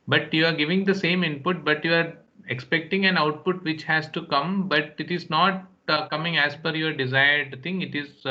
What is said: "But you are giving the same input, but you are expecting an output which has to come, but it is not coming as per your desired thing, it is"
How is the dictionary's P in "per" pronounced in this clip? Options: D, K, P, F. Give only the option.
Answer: F